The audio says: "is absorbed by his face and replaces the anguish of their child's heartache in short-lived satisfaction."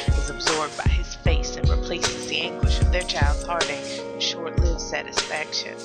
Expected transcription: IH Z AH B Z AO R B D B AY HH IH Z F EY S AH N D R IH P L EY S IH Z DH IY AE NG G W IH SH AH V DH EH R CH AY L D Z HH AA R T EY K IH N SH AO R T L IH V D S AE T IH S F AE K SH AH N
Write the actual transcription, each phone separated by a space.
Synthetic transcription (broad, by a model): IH Z AH B Z AO R B D B AY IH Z F EY S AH N R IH P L EY S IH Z DH IY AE NG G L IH SH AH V DH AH R CH AY L D Z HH AA R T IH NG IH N SH AO R T L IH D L S AE T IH S F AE K SH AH N